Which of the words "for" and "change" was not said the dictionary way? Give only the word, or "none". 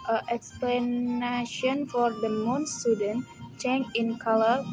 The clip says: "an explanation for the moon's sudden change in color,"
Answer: change